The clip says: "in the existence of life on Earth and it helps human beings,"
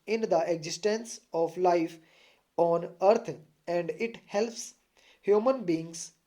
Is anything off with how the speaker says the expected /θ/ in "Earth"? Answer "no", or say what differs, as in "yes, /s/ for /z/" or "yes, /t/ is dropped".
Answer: yes, /t/ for /θ/